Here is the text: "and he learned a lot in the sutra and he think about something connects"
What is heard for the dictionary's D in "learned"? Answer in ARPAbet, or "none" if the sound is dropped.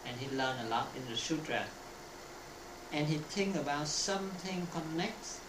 none